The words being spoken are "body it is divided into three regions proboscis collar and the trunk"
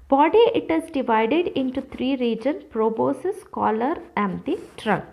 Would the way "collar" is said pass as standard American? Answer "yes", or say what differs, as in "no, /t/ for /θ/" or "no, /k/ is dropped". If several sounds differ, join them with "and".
yes